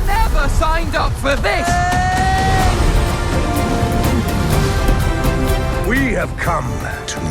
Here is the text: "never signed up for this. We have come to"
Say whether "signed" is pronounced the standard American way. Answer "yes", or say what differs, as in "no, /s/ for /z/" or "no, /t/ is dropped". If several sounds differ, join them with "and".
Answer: yes